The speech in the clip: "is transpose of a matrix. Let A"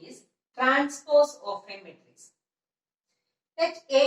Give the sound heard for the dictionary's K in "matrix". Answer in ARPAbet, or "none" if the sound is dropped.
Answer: none